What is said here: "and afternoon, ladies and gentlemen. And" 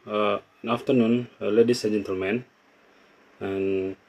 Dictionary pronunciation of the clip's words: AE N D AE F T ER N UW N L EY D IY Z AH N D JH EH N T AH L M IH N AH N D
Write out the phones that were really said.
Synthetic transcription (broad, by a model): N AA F T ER N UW N L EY D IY S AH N JH EH N T AH L M IH N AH N